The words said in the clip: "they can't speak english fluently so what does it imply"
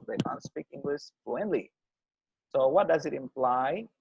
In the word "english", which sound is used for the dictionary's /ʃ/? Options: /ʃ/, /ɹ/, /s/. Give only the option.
/s/